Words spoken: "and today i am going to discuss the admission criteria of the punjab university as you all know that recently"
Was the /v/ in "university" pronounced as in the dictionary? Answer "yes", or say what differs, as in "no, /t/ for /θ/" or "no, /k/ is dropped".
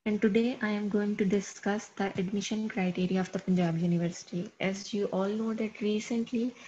yes